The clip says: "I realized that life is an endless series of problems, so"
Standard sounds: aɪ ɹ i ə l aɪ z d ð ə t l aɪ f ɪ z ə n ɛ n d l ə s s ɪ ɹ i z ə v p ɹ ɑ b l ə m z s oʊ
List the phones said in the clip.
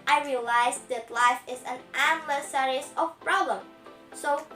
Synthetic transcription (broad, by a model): aɪ ɹ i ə l aɪ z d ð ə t l aɪ f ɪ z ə n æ d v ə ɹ s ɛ ɹ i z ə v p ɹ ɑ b l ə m s oʊ